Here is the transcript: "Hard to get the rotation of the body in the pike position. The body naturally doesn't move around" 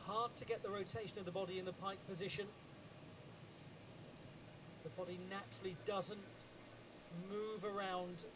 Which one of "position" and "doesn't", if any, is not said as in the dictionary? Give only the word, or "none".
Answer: none